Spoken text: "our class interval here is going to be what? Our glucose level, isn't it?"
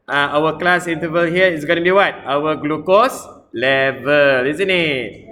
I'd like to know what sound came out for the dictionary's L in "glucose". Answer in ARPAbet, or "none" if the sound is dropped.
L